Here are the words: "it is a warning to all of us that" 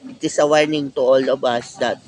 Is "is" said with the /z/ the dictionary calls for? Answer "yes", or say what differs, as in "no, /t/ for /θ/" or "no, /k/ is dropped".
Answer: no, /s/ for /z/